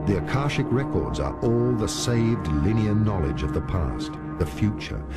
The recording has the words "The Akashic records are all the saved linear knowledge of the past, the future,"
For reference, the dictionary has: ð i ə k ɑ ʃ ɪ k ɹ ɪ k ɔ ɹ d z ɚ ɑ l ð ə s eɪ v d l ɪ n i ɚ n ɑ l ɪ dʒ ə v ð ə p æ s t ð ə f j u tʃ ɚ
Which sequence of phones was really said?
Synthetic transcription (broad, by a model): ð i ə k ɑ ʃ ɪ k ɹ ɪ k ɔ ɹ d z ɚ ɑ l ð ə s eɪ v d l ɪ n i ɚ n ɑ l ɪ dʒ ə v ð ə p æ s t ð ə f j u tʃ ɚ